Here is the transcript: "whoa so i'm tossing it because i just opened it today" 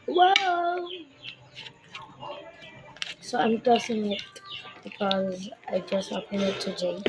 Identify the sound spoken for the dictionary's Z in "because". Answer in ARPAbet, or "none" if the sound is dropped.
Z